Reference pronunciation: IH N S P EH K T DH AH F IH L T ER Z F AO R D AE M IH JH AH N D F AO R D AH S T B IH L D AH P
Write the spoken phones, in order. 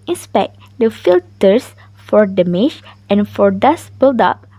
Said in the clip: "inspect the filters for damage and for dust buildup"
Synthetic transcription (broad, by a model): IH N S P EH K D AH F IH L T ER S F AO R D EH M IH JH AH N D F AO R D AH S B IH L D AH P